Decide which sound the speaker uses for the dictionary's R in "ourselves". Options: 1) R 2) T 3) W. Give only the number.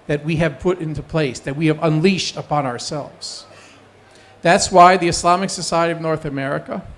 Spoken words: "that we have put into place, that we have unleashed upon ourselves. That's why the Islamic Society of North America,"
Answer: 1